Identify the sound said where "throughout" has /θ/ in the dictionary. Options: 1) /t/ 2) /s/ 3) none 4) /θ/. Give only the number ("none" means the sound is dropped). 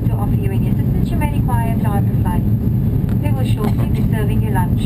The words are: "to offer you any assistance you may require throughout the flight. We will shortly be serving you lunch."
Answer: 1